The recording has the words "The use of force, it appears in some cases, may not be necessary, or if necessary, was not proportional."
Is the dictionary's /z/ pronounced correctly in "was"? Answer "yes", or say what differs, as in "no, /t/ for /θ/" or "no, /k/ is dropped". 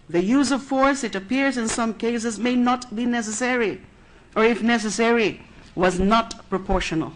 yes